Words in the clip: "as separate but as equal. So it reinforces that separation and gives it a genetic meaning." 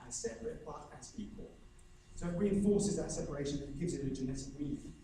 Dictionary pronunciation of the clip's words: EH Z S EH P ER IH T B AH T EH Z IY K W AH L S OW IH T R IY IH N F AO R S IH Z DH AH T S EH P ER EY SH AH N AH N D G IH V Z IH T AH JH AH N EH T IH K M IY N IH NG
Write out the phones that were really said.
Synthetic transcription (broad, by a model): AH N S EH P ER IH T B AH T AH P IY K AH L S OW IH T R IY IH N F AO S IH Z DH AH T S EH P ER EY SH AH N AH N G IH V Z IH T AH JH AH N EH T IH K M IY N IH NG